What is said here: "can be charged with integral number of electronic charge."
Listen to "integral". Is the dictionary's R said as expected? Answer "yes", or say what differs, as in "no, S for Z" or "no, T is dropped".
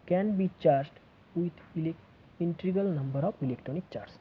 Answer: no, R is dropped